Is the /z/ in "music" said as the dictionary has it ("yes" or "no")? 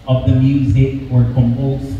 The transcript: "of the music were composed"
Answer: yes